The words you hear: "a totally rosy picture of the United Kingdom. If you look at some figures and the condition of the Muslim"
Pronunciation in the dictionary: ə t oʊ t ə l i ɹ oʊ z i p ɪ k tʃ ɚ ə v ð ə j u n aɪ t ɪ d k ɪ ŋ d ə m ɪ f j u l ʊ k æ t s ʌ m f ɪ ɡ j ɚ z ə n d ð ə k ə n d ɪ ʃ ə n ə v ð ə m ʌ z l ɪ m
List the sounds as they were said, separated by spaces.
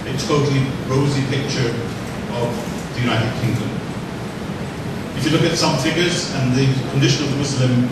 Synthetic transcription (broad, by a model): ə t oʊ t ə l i ɹ oʊ z i p ɪ k tʃ ɚ ə v ð ə j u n aɪ t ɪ d k ɪ ŋ d ə m ɪ f j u l ʊ k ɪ t s ʌ m f ɪ ɡ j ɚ z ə n ð ə k ə n d ɪ ʃ ə n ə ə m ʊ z l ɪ m